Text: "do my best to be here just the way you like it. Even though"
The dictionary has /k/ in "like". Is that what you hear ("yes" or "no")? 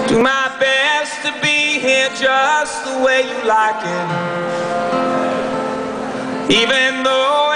yes